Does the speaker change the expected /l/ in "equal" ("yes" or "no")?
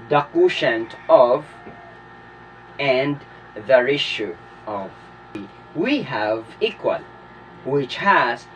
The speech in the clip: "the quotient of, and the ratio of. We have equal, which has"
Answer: no